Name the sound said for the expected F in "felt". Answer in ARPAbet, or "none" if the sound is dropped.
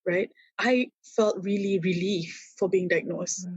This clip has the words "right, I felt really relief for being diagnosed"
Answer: F